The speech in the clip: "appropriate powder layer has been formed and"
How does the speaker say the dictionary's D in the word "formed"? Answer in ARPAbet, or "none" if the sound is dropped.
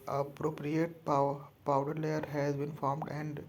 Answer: D